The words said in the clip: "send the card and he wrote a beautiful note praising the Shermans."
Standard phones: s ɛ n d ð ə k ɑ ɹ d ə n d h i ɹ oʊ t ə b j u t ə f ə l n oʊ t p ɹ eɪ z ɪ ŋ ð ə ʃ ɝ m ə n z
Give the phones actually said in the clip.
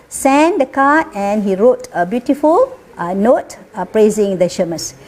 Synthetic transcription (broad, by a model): s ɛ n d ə k ɑ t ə n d h i ɹ oʊ t ə b j u t ə f ə l n oʊ t p ɹ eɪ z ɪ ŋ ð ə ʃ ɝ m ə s